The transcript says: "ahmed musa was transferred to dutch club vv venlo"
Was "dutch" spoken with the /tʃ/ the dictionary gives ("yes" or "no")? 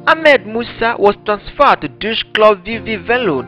no